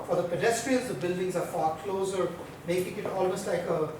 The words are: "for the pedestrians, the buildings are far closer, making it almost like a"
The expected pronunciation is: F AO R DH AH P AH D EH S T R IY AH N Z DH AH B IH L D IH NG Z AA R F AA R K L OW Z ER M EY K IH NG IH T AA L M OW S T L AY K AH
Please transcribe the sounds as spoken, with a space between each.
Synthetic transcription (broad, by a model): F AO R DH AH P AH D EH S T R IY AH L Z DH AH B IH L D IH NG Z AA R F AA R K L OW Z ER M EY K IH NG IH T AA L M OW S T L AY K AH